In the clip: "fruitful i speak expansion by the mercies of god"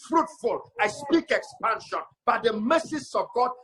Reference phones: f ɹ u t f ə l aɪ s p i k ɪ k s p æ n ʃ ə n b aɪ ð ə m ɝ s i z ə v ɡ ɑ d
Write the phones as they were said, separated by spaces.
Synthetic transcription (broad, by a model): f ɹ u t f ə l aɪ s p i k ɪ k s p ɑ n ʃ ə n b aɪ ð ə m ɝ s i s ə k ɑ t